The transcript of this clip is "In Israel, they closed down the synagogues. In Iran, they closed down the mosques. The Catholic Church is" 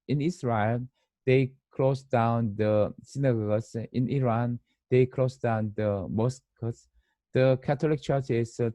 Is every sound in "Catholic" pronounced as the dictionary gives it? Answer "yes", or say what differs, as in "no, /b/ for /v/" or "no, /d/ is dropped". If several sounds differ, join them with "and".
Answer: no, /t/ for /θ/